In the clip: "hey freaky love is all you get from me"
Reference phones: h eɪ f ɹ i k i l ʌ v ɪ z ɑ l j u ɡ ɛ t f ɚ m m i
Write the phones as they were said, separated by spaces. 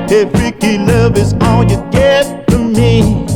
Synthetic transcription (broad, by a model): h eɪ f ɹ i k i l ʌ v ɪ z ɑ l j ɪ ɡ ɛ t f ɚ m m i